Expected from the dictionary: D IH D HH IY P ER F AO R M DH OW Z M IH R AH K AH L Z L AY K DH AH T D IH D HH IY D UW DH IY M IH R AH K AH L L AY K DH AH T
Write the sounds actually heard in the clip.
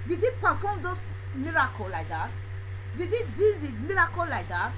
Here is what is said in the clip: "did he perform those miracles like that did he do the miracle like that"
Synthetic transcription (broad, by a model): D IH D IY P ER F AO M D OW S M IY R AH K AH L L AY K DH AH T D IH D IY D UW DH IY M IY R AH K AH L L AY K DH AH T